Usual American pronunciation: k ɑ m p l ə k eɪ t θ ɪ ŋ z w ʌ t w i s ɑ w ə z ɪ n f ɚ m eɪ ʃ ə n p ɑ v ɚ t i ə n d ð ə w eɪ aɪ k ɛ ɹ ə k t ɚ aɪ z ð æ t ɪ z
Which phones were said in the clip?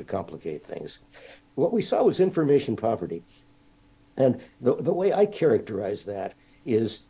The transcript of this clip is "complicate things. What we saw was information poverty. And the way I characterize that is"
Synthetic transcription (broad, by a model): k ɑ m p l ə k eɪ t θ ɪ ŋ z w ʌ t w i s ɑ w ə z ɪ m f ɚ m eɪ ʃ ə n p ɑ v ɚ t i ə n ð ð ə w eɪ aɪ k ɛ ɹ ə k t ɚ aɪ z ð æ t ɪ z